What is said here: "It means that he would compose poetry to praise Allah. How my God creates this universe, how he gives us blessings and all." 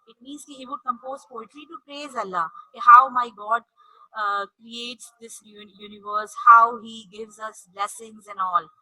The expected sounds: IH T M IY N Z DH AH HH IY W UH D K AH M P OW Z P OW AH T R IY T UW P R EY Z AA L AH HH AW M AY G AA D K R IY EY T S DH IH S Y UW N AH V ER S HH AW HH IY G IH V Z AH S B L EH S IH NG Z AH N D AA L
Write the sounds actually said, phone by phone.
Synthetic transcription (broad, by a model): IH T M IY N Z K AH HH IY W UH D K AH M P OW Z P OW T L IY T UW P R EY Z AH L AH HH AW M AY G AA D K R IY EY T S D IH S Y UW N AH V ER S HH AW HH IY G IH V Z AH S B L EH S IH NG Z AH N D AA L